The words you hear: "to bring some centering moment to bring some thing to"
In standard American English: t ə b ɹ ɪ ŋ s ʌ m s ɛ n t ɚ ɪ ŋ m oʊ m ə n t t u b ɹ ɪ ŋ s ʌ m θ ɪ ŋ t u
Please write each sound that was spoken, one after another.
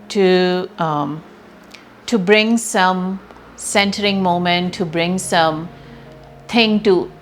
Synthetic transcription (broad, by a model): t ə b ɹ ɪ ŋ s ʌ m s ɛ n t ɚ ɪ ŋ m oʊ m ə n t t u b ɹ ɪ ŋ s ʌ m t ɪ ŋ t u